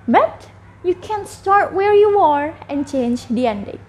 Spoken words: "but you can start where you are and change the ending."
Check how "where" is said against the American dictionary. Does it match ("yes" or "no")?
yes